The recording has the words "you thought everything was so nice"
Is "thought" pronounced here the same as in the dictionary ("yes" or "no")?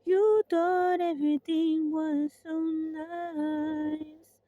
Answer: no